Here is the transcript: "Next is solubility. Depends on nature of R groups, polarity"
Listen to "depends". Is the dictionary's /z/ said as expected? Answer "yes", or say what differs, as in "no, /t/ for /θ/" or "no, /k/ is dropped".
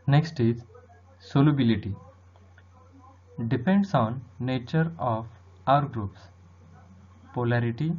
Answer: no, /s/ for /z/